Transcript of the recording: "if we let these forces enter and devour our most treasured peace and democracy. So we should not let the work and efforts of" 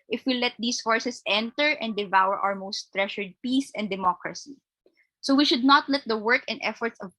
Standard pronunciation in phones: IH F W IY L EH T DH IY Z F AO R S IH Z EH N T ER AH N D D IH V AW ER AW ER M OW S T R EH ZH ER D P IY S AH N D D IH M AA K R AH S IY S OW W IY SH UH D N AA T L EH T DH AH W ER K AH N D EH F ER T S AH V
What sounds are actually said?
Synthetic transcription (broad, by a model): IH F W IY L EH T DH IY S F AO R S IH S EH N T ER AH N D D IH V AW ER AW ER M OW S T R EH SH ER D P IY S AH N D D IH M AA K R AH S IY S OW W IY SH UH D N AA T L EH T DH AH W ER K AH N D EH F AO T S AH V